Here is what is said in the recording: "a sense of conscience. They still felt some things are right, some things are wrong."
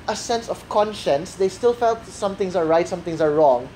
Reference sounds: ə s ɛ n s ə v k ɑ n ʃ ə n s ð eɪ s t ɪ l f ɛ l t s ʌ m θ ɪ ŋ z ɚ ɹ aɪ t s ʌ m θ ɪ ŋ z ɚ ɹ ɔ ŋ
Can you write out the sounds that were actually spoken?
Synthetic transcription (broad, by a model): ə s ɛ n s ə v k ɑ n ʃ ə n s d eɪ s t ɪ l f ɛ l t s ʌ m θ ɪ ŋ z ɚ ɹ aɪ t s ʌ m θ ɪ ŋ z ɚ ɹ ɔ ŋ